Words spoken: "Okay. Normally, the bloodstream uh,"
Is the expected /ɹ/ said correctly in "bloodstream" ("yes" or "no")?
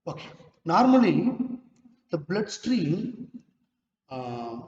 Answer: yes